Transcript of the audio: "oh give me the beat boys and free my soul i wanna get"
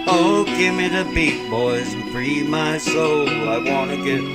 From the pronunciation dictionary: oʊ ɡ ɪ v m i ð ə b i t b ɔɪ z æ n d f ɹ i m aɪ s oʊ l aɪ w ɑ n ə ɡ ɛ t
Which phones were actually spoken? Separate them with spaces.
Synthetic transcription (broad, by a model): oʊ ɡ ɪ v m i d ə b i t b ɔɪ z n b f ɹ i m aɪ s oʊ l aɪ w ɑ n ə ɡ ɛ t